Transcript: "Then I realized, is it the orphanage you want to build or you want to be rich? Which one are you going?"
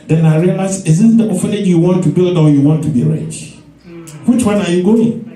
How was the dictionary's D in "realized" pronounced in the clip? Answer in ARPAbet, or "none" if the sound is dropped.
none